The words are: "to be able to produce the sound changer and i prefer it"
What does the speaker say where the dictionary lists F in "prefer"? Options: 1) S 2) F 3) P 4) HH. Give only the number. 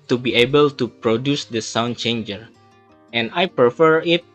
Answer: 2